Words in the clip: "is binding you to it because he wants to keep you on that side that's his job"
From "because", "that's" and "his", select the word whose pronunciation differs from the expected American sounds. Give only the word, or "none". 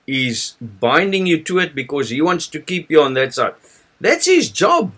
none